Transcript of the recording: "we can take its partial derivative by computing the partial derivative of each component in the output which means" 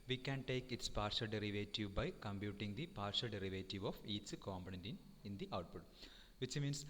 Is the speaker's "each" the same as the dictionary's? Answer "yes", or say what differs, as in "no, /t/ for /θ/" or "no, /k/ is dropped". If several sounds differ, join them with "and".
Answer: no, /s/ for /tʃ/